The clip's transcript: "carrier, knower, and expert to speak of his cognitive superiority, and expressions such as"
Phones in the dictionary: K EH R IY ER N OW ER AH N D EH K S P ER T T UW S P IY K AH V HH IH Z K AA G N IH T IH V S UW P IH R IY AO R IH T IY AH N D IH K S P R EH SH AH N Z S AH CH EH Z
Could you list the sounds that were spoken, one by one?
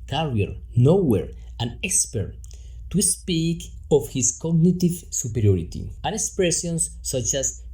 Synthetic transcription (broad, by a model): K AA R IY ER N OW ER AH N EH K S P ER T T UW S P IY K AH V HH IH S K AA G N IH T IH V S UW P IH R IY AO R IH T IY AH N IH K S P R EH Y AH N S AH CH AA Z